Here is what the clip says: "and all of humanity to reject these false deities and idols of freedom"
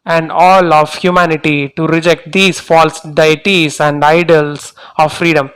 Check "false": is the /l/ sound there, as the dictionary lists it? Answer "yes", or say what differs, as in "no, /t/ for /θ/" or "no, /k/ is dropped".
yes